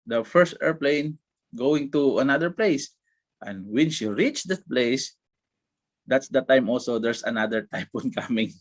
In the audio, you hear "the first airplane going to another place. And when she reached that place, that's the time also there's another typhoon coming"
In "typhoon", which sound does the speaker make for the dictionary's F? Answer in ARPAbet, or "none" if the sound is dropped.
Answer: P